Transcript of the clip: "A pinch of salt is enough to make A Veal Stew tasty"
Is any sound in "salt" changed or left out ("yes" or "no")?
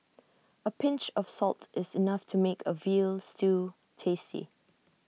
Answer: no